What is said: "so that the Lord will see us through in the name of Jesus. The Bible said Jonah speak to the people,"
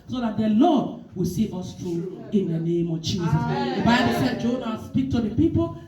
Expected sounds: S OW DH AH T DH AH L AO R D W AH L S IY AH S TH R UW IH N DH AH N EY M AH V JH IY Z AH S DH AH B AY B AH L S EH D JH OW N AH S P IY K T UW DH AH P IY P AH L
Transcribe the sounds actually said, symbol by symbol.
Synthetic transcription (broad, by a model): S OW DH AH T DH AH L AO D W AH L S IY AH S T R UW IH N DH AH N EY M AH V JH IY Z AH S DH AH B AY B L S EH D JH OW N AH S P IY K T UW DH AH P IY P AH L